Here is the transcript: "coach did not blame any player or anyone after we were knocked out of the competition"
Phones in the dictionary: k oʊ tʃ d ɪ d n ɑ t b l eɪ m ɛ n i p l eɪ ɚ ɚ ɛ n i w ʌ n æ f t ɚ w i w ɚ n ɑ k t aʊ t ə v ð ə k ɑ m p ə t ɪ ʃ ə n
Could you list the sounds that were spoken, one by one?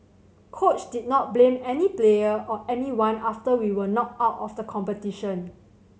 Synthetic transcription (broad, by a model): k oʊ tʃ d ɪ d n ɑ t b l eɪ m ɛ n i p l eɪ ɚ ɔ ɛ n i w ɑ n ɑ f t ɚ w i w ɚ n ɑ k aʊ t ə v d ə k ɑ m p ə t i ʃ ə n